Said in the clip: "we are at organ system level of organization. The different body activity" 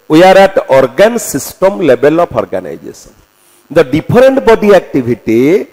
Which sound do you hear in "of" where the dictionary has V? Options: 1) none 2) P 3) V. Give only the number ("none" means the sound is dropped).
2